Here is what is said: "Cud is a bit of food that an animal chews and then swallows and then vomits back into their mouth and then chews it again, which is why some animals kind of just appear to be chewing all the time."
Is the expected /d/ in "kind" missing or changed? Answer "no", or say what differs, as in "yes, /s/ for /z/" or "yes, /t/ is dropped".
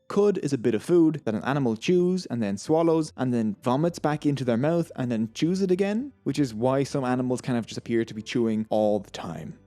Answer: yes, /d/ is dropped